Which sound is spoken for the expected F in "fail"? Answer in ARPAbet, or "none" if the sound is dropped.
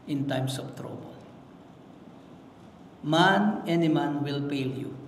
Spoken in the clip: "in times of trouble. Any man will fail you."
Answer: P